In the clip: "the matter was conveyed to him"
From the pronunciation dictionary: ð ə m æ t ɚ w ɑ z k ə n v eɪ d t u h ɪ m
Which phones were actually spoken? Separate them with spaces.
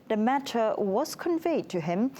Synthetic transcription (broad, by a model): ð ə m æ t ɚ w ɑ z k ə n v eɪ d t u h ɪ m